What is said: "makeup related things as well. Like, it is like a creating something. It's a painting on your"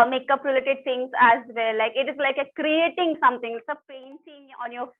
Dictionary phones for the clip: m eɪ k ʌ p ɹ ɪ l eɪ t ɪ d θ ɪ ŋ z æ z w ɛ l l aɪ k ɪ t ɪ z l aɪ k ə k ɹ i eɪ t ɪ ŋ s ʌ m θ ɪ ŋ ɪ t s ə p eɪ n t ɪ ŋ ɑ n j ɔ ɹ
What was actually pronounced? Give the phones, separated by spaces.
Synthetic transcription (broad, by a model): m eɪ k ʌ p ɹ ɪ l eɪ t ɪ d t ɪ ŋ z æ z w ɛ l l aɪ k ɪ t ɪ z l aɪ k ə k ɹ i eɪ t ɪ ŋ s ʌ m t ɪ ŋ ɪ t s ə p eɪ n s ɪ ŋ ɑ n j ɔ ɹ